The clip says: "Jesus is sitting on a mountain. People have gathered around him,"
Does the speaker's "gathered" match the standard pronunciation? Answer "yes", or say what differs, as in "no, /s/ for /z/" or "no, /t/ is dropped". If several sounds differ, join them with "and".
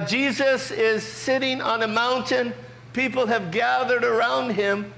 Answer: yes